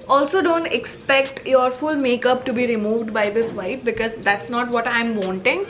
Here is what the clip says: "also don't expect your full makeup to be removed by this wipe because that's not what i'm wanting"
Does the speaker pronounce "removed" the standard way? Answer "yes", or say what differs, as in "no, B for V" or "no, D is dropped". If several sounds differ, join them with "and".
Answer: yes